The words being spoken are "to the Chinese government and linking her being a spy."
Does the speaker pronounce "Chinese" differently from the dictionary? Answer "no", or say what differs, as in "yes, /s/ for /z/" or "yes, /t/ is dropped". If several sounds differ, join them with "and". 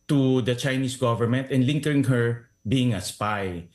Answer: yes, /s/ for /z/